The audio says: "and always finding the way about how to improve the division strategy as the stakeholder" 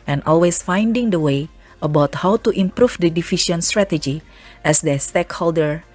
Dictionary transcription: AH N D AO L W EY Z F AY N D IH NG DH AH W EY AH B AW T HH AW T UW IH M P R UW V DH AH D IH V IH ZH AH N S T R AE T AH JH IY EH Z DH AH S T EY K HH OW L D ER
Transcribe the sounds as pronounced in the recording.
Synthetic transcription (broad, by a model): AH N AO L W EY S F AY N D IH NG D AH W EY AH B AW T HH AW T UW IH M P R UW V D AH D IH F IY SH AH N S T R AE T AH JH IY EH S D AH S T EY K HH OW L D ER